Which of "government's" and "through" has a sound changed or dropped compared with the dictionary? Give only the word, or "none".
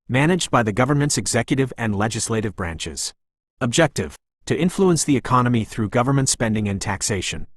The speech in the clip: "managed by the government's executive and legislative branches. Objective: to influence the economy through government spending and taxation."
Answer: none